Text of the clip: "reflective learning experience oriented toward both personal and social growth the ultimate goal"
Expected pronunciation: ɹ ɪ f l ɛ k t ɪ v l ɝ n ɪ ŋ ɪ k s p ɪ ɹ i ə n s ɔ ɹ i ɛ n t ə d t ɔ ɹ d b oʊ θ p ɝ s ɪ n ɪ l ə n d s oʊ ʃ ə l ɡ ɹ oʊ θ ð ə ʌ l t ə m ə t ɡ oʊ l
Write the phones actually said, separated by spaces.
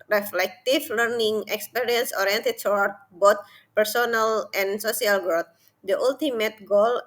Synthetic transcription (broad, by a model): ɹ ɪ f l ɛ k t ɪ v l ɝ n ɪ ŋ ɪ k s p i ɹ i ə n s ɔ ɹ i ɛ n t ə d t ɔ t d b oʊ t p ɝ s ɪ n ɪ l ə n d s oʊ s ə l ɡ ɹ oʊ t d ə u l t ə m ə t ɡ oʊ l